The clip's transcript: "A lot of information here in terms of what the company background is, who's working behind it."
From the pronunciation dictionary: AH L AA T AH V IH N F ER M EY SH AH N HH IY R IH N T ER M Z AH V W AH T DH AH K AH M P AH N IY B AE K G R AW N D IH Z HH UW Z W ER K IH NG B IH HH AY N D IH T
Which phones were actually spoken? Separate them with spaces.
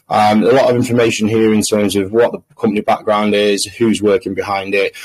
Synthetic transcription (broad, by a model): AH L AA T AH V IH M F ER M EY SH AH N HH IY R IH N T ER M Z AH V W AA T DH AH K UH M P AH N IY B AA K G R AW N D IH Z HH UW Z W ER K IH NG B IH HH AY N D IH T